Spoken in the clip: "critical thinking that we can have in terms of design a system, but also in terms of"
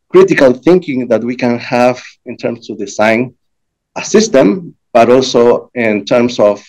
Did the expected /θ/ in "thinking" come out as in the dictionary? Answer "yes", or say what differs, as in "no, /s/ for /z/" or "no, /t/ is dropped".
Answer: yes